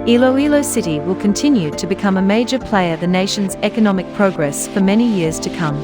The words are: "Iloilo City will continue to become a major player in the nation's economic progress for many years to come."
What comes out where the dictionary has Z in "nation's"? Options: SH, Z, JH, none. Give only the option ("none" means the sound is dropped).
Z